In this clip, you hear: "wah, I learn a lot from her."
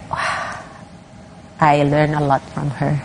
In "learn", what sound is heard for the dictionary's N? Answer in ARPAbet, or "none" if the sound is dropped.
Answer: N